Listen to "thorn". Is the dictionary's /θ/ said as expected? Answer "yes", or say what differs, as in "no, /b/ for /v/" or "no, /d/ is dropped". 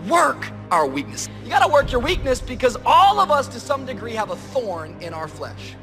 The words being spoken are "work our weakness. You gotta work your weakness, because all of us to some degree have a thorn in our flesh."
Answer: yes